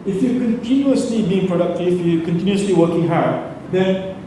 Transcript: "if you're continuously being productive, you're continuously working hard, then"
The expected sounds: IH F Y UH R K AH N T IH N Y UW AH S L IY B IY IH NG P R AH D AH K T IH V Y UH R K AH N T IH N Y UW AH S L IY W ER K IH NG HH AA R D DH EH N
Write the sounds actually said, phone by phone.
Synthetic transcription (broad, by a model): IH F Y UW K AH N T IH N Y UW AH S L IY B IY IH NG P R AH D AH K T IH F Y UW K AH N T IH N Y UW AH S L IY W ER K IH NG HH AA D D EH N